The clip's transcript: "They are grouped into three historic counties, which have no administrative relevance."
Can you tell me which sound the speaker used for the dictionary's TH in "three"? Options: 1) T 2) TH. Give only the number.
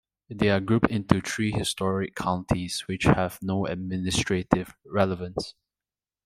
1